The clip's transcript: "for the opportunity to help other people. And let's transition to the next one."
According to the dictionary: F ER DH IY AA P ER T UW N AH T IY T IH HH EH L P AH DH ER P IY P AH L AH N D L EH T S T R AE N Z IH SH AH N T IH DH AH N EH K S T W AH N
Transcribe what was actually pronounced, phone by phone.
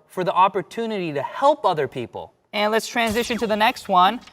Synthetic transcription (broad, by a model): F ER DH IY AA P ER T UW N AH T IY T IH HH EH L P AH DH ER P IY P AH L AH N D L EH T S T R AE N Z IH SH AH N T IH DH AH N EH K S T W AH N